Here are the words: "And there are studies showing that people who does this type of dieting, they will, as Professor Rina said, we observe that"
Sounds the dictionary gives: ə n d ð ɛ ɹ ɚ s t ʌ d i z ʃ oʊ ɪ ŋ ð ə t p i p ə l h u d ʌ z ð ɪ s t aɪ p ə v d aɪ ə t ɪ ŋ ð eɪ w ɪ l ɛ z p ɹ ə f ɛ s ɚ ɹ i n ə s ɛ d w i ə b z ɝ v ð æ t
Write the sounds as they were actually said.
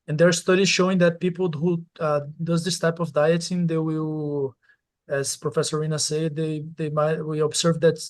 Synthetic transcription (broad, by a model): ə n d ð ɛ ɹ s t ʌ d i z ʃ oʊ ɪ ŋ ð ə t p i p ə l h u d ʌ z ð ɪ s t aɪ p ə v d aɪ ə t ɪ ŋ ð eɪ w ɪ l ɛ z p ɹ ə f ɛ s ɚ ɹ i n ə s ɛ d w i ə b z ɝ v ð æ t